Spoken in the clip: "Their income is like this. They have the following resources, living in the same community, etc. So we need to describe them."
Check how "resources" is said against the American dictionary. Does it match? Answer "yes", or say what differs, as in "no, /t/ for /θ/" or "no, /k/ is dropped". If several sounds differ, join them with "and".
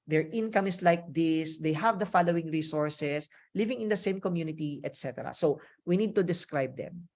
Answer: no, /s/ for /z/